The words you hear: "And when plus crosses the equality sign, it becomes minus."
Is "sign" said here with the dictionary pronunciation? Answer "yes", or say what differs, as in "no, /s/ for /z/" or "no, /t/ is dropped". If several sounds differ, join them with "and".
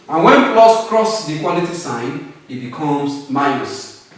yes